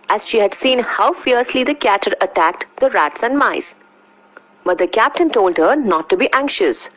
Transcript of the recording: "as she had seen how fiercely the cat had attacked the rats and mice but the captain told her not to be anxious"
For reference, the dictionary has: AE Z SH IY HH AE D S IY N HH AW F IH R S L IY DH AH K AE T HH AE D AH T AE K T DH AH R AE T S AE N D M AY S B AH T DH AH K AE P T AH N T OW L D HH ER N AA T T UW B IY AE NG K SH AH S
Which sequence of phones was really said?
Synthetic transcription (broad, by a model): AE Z SH IY HH AE D S IY N HH AW F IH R S L IY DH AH K AE T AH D AH T AE K T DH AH R AE T S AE N D M AY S B AH T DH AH K AE P T AH N T OW L D HH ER N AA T T UW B IY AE NG K SH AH S